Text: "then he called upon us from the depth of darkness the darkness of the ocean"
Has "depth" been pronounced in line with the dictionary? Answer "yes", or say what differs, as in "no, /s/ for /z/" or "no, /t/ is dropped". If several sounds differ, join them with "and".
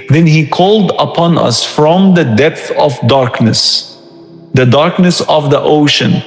yes